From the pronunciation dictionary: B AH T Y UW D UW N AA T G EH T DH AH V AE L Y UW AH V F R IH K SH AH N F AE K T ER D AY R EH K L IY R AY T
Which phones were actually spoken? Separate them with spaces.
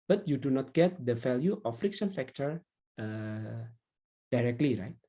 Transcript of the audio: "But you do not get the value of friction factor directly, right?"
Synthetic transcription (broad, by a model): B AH T Y UW D UW N AA T G EH T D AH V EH L Y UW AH F R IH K S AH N F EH K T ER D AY R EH K L IY R AY T